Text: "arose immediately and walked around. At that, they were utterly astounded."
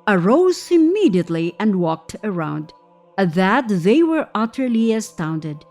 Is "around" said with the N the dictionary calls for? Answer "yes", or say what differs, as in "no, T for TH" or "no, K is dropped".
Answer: yes